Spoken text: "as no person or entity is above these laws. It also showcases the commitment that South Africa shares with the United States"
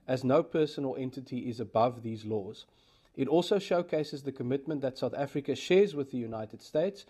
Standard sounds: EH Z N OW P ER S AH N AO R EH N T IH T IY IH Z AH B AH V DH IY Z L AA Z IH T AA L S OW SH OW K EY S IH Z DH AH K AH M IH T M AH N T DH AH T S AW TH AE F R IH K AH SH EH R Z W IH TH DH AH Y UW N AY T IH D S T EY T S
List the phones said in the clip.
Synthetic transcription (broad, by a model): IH Z N OW P ER S AH N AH L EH N T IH T IY IH Z AH B AH V DH IY Z L AA Z IH T AA L S OW SH OW K EY S IH Z DH AH K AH M IH T M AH N DH AH T S AW TH AE F R IH K AH SH EH Z W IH DH AH Y UW N AY T IH D S T EY T S